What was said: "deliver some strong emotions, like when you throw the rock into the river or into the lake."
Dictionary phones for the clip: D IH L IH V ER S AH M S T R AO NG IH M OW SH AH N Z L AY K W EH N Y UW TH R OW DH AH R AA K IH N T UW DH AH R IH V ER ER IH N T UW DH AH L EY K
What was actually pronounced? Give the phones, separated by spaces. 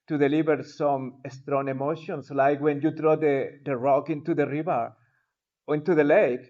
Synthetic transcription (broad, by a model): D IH L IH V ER S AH M S T R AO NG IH M OW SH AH N S L AY K W EH N Y UW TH R OW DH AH R AA K IH N T UW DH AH R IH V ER ER IH N T UW DH AH L EY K